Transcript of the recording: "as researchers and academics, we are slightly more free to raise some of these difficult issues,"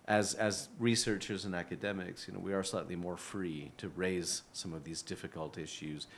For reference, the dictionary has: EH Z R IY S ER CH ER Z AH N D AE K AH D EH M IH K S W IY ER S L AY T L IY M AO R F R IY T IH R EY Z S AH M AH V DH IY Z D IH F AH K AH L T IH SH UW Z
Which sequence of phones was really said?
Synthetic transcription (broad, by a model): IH Z R IY S ER CH ER Z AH N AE K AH D EH M IH K S W IY ER S L AY T L IY M AO R F R IY T IH R EY Z S AH M AH V DH IY Z D IH F AH K AH L T IH SH UW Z